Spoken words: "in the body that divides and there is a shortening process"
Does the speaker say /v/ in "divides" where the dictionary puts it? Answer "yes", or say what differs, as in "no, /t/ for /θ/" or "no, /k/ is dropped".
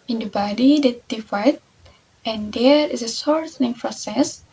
no, /f/ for /v/